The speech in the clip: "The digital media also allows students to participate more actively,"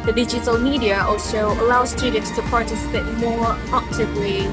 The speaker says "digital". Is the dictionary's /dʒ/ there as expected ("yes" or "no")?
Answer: yes